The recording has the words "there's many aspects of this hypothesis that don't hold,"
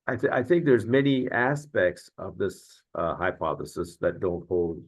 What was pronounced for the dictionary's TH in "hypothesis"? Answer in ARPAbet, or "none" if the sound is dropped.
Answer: TH